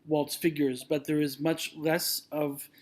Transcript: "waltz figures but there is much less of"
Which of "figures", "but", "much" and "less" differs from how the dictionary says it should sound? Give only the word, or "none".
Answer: none